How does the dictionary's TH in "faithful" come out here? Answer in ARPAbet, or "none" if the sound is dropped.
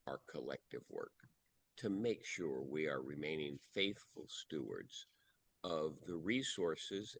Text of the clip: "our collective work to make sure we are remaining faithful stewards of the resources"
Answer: TH